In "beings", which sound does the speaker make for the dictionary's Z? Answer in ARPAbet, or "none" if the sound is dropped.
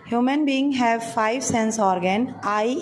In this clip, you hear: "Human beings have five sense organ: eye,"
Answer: none